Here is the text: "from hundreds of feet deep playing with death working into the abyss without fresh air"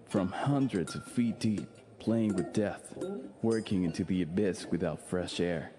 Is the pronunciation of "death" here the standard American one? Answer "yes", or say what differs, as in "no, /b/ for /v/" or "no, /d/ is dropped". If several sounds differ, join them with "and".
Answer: yes